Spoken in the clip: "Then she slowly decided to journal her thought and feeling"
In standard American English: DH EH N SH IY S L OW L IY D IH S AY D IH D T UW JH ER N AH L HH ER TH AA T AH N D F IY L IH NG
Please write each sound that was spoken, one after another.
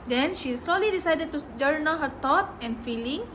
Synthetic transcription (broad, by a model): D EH N SH IY S L OW L IY D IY S AY D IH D T UW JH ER N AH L HH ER T AA T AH N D F IY L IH NG